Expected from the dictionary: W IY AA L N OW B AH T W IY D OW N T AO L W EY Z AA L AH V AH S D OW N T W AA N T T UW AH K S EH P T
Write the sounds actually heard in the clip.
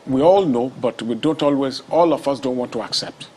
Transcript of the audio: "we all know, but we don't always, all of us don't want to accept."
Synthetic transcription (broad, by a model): W IY AA L N OW B AH T W IY D OW N T AO L W EY Z AA L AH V AH S D OW N T W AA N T T UW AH K S EH P T